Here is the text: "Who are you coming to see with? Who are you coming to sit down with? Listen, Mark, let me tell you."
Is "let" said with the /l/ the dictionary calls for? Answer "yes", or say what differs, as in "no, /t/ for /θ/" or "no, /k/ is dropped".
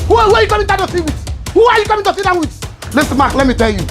yes